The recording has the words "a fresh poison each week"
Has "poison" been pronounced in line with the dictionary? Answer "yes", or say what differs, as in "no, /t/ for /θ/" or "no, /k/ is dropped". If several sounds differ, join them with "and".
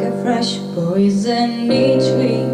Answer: no, /b/ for /p/